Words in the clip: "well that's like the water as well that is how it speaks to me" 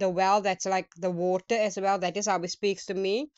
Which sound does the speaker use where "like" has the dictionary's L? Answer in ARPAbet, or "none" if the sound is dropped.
L